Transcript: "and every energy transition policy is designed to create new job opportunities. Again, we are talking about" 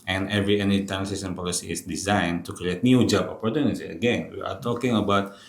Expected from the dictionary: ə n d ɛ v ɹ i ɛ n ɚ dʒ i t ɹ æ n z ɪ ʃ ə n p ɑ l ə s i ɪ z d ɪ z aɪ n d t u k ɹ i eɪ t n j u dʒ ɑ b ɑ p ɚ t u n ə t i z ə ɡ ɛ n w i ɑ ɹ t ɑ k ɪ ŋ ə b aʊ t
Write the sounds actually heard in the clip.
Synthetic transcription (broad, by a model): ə n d ɛ v ɹ i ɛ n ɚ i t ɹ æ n s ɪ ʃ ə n p ɑ l ə s i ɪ s d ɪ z aɪ n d t u k ɹ i eɪ t n j u dʒ ɑ b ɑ p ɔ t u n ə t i ə ɡ ɛ n w i ɑ ɹ t ɑ k ɪ ŋ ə b aʊ t